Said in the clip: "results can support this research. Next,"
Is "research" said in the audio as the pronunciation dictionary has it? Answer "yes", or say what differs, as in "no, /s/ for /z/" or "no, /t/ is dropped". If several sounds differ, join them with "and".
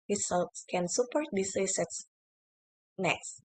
no, /s/ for /tʃ/